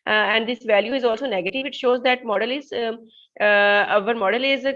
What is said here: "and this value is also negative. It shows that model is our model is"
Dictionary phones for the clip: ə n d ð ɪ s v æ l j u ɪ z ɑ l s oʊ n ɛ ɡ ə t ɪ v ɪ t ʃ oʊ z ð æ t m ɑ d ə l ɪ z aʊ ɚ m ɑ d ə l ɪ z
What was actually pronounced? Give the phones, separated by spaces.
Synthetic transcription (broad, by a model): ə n d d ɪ s v æ l j u ɪ z ɑ l s oʊ n ɛ ɡ ə t ɪ v ɪ t ʃ oʊ z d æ t m ɑ d ə l ɪ z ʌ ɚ m ɑ d ə l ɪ z